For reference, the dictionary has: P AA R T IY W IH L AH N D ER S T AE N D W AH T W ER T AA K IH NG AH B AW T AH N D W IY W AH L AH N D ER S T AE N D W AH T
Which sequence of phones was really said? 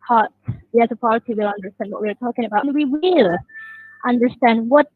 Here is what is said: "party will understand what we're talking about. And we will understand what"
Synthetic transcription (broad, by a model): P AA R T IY W IH L AH N D ER S T AE N D W AH T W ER T AA K IH NG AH B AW AH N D W IY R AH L AH N D ER S T AE N D W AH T